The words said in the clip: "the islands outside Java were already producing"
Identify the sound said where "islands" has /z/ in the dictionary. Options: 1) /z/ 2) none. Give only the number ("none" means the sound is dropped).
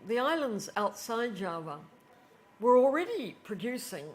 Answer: 1